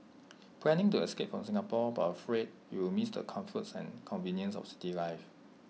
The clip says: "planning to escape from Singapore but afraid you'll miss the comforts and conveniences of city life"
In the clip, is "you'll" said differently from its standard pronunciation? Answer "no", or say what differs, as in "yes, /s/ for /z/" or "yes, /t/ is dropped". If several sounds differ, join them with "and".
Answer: yes, /w/ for /l/